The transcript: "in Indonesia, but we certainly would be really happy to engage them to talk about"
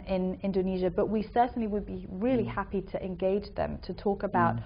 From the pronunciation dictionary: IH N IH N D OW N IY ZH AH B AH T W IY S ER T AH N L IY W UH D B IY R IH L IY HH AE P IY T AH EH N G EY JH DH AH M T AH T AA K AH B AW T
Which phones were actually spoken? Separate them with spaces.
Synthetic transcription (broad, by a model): IH N IH N D OW N IY ZH AH B AH T W IY S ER T N L IY W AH D B IY R IH L IY HH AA P IY T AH EH N G EY JH DH AH M T AH T AA K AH B AW T